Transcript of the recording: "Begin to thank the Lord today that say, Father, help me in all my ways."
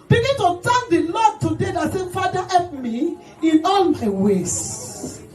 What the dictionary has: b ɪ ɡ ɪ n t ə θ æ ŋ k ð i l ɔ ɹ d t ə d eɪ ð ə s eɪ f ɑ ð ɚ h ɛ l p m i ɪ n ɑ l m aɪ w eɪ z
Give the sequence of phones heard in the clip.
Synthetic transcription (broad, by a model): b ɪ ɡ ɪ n t ə t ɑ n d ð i l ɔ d t ə d eɪ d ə s eɪ f ɑ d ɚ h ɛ p m i ɪ n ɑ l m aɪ w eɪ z